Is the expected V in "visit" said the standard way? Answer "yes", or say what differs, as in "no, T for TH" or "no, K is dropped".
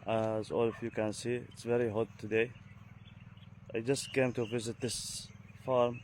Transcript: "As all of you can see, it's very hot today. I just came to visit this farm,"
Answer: yes